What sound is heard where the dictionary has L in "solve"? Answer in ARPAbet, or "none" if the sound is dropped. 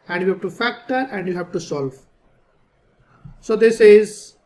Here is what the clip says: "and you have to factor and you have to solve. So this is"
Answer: L